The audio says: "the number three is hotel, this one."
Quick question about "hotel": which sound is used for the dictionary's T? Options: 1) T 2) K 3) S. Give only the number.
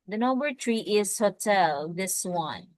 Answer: 1